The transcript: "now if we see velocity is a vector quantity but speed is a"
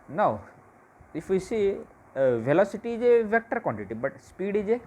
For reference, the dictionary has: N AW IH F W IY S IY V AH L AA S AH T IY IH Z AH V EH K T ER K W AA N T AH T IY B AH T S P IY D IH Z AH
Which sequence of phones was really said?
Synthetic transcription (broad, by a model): N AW IH F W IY S IY V AH L AA S AH T IY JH AH V EH K T ER K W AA N T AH T IY B AH T S P IY D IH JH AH